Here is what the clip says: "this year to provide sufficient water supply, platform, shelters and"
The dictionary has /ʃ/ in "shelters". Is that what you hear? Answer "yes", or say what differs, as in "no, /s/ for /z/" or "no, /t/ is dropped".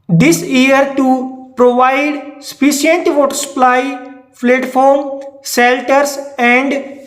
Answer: no, /s/ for /ʃ/